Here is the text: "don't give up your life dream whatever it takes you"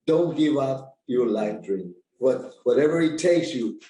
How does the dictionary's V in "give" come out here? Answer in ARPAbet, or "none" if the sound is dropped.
V